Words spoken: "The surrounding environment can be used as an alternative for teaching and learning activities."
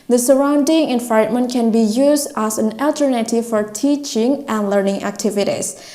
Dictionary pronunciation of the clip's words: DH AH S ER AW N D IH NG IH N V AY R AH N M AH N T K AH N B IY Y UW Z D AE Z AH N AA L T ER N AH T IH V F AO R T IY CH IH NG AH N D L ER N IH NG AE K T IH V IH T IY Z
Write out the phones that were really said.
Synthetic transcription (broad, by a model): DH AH S ER AW N D IH NG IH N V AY AH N M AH N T K AH N B IY Y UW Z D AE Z AH N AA L T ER N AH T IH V F AO R T IY CH IH NG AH N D L ER N IH NG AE K T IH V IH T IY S